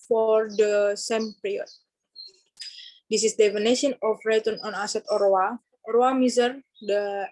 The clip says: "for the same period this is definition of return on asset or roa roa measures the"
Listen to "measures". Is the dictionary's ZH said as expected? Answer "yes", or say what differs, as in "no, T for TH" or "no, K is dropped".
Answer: no, S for ZH